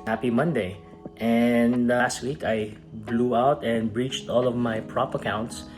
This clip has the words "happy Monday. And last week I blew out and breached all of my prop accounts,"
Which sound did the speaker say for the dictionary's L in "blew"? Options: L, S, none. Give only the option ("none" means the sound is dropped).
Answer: L